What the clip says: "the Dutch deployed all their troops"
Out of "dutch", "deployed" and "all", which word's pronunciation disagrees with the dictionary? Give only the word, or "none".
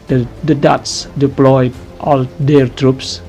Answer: dutch